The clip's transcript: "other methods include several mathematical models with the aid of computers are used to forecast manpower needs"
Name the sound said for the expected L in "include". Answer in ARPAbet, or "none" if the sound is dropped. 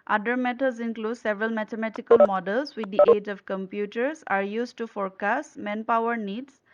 L